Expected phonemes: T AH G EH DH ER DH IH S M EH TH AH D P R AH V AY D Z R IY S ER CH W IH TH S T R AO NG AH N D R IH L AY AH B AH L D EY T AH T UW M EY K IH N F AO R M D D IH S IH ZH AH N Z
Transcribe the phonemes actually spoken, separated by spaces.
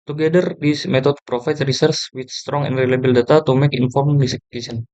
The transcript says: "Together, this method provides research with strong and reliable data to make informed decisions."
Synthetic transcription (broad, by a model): T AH G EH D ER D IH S M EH T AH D P R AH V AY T R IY S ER S W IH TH S T R AO NG AH N D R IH L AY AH B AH L D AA T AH T UW M EY K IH N F AO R M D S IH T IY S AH N